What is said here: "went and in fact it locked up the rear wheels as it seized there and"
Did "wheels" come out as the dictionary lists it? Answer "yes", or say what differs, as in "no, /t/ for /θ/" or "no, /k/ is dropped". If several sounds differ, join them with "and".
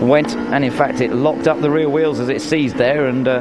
yes